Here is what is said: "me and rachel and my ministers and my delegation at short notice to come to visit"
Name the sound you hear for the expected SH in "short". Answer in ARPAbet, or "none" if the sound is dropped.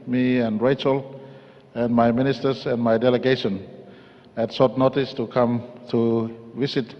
S